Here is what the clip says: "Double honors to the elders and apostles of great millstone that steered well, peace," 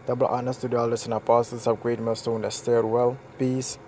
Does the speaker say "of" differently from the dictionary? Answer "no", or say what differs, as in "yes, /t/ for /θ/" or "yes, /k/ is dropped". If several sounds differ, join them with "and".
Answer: yes, /p/ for /v/